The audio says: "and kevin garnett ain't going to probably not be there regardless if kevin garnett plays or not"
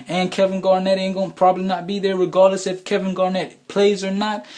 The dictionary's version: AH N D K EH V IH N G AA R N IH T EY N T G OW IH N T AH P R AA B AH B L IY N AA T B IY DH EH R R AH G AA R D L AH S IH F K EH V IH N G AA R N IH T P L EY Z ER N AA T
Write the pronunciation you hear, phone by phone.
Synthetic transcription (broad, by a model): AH N K EH V IH N G AA R N IH T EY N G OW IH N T P R AA B AH B L IY N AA T B IY DH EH R R AH G AA R D L AH S IH F K EH V IH N G AA R N IH T P L EY Z ER N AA T